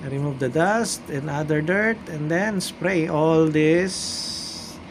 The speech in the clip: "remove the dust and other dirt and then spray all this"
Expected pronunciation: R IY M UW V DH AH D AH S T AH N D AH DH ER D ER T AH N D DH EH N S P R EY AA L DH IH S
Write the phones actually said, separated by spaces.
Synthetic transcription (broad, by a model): R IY M UW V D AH D AH S T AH N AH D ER D ER T AH N D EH N S P R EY AA L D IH S